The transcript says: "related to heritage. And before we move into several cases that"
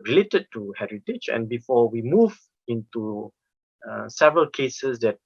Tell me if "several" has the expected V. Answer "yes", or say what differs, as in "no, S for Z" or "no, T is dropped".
yes